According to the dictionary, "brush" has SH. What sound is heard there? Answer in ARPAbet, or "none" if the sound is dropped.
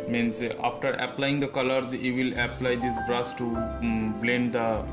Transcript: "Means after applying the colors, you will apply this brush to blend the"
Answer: S